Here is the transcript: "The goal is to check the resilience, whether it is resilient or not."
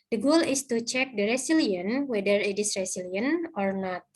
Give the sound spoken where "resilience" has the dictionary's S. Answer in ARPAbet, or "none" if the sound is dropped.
none